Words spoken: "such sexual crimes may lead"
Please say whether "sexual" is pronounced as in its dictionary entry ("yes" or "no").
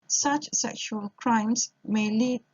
yes